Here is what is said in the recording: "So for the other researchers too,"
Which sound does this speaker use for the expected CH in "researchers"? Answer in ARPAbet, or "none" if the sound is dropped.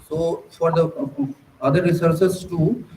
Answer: S